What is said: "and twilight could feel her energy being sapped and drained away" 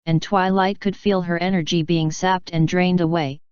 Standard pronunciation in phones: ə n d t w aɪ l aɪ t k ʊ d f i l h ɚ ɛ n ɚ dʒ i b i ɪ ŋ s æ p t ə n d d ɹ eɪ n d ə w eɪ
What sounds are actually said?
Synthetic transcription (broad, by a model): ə n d t w aɪ l aɪ t k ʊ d f i l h ɚ ɛ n ɚ dʒ i b i ɪ ŋ s æ p t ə n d d ɹ eɪ n d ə w eɪ